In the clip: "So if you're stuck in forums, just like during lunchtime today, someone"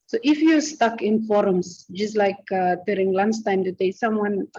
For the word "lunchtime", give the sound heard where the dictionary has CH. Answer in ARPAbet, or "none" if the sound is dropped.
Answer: S